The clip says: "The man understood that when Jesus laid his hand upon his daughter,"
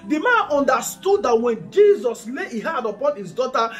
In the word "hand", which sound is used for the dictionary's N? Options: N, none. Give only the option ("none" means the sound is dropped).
none